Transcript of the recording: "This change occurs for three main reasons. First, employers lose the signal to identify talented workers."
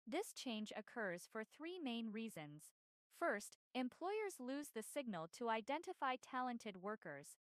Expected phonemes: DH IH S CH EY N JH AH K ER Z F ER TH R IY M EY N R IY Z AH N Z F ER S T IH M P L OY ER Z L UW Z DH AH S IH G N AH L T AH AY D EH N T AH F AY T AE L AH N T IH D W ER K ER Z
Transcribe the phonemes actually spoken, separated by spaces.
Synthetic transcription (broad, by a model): DH IH S CH EY N JH AH K ER Z F ER TH R IY M EY N R IY Z AH N Z F ER S T IH M P L OY ER Z L UW Z DH AH S IH G N AH L T AH AY D EH N T AH F AY T AE L AH N T IH D W ER K ER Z